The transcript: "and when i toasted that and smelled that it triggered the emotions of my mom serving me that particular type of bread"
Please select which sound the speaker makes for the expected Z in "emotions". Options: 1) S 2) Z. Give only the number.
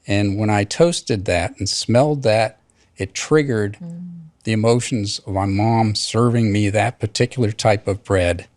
2